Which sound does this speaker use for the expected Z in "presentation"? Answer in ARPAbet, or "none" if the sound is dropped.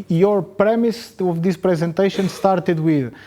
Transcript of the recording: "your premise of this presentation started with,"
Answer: Z